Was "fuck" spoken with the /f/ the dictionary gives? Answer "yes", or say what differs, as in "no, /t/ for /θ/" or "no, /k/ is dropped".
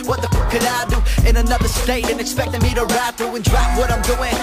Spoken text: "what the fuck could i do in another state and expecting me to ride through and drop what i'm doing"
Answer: no, /p/ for /f/